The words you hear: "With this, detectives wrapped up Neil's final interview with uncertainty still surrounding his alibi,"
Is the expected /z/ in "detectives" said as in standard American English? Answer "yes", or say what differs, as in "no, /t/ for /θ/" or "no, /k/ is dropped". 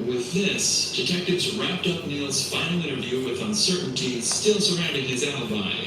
yes